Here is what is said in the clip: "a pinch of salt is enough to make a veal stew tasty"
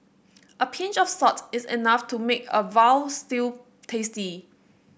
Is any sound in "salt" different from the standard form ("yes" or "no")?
yes